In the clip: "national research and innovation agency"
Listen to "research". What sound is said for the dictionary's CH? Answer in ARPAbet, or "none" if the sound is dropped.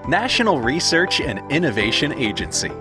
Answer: CH